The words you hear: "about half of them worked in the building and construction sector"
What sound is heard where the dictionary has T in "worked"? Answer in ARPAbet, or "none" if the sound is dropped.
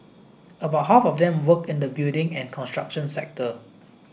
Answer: none